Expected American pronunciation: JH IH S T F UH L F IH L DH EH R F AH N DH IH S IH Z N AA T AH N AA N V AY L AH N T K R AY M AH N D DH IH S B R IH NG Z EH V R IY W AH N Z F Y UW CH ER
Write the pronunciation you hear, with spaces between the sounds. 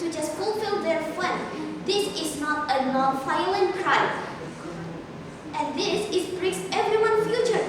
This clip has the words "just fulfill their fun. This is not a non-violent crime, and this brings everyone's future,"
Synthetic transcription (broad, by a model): JH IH S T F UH L F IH L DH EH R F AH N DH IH S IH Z N AA T AH N AA N F AY L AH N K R AY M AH N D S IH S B R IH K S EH V R IY W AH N F Y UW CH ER